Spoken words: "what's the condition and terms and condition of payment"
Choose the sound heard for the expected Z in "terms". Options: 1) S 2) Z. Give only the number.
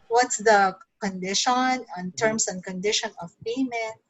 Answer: 1